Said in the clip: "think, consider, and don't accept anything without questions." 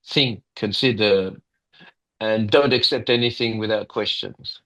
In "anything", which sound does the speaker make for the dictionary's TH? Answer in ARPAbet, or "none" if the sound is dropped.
TH